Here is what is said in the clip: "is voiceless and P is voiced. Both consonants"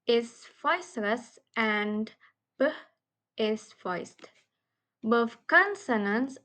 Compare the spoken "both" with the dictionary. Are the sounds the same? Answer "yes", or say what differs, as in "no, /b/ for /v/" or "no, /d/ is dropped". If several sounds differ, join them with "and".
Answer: no, /f/ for /θ/